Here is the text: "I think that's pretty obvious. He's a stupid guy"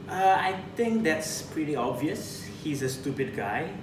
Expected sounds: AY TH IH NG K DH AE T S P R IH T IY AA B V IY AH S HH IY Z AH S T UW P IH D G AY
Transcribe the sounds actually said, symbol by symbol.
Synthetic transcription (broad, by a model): AY T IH NG K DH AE T S P R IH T IY AA B V IY AH S HH IY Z AH S T UW P IH D G AY